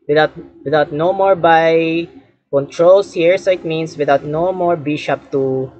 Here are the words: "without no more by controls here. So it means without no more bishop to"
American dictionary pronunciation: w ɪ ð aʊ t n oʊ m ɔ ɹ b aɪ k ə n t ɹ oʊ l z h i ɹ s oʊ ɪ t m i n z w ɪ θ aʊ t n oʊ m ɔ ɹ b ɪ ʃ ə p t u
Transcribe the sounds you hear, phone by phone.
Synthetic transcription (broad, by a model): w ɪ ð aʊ t n oʊ m ɔ ɹ b aɪ k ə n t ɹ oʊ l s h i ɹ s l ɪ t m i n s w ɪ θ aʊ t n oʊ m ɔ ɹ b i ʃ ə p t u